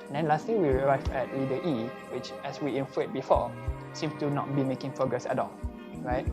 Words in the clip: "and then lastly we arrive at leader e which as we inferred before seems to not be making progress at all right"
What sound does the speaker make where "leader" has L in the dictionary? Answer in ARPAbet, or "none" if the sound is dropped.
W